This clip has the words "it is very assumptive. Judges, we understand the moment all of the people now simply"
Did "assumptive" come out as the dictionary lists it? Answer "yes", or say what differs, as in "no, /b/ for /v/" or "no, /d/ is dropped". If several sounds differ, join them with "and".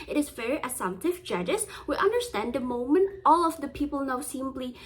no, /p/ is dropped